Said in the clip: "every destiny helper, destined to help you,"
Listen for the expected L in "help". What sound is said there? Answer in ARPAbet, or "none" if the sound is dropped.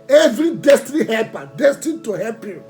none